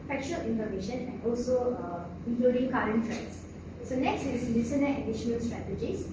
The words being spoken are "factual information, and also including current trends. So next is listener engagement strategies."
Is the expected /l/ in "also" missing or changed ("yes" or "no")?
no